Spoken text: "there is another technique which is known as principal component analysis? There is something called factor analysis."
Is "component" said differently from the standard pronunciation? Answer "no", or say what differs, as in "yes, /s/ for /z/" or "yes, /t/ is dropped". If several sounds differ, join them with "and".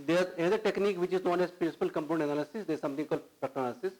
yes, /t/ is dropped